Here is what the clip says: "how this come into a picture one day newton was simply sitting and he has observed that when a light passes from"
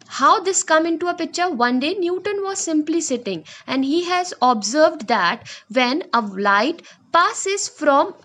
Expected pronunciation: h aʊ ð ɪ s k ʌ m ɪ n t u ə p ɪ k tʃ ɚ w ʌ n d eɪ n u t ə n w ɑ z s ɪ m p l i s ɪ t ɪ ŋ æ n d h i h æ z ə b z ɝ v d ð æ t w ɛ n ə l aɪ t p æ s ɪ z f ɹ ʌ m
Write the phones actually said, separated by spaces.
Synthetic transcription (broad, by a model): h aʊ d ɪ s k ʌ m ɪ n t u ə p ɪ k tʃ ɚ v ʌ n d eɪ n u t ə n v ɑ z s ɪ m p l i s ɪ t ɪ ŋ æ n d h i h æ z ə b z ɝ v d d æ t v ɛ n ə l aɪ t p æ s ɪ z f ɹ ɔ m